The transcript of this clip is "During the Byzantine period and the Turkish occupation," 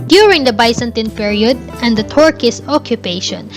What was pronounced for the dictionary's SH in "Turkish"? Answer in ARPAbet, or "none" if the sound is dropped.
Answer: S